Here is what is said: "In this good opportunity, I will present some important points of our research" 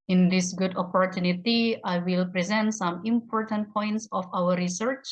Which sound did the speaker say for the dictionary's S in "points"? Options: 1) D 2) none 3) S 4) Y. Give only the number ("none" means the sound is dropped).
3